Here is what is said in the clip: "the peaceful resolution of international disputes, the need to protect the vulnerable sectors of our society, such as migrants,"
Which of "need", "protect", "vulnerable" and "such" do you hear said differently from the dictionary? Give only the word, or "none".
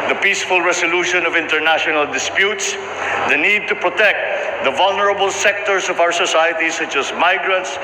none